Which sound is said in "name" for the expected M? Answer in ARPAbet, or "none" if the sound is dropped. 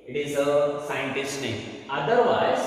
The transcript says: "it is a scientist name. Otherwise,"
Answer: none